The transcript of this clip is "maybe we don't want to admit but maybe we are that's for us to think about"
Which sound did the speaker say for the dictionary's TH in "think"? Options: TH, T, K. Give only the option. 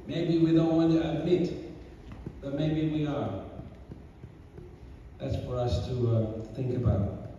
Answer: TH